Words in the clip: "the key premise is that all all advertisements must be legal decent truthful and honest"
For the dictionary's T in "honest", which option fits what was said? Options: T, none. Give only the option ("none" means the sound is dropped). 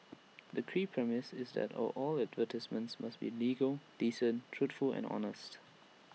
T